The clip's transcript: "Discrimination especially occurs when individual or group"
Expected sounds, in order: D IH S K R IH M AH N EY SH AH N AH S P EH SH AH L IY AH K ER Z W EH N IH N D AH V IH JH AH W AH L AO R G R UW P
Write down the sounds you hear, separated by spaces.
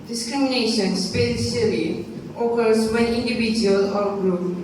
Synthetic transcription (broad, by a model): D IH S K R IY M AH N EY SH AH N S P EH S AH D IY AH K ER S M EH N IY N D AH B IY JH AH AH L AO R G R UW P